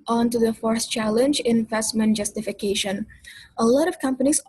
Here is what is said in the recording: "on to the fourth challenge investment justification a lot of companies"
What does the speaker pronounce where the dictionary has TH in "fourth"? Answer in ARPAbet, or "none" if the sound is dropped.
S